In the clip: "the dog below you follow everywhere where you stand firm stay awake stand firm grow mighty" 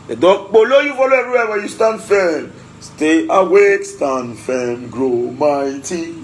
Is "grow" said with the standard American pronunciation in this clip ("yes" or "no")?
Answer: yes